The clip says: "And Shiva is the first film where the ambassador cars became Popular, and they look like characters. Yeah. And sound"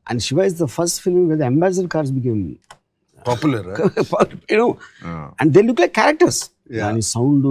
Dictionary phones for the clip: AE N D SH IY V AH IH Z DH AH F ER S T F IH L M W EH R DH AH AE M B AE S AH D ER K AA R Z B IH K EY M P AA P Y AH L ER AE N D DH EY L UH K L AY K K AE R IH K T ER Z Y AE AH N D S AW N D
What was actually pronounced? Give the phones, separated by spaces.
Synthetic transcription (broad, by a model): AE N D SH IY V AH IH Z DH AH F ER S T F IH L M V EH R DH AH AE M B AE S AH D K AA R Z B IH K EY M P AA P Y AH N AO AE N D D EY L UH K L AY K K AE R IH K T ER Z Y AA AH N S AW N D